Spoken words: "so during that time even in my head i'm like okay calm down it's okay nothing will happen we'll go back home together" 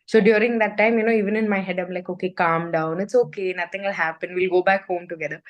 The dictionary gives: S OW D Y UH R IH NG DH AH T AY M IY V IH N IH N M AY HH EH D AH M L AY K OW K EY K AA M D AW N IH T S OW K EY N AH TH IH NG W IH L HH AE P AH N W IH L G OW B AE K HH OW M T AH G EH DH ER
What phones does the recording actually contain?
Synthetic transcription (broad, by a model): S OW D Y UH R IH NG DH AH T AY M IY V IH N IH N M AY HH EH D AH M L AY K OW K EY K AA M D AW N IH T S OW K EY N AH T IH NG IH L HH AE P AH N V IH L G OW B AE K HH OW M T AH G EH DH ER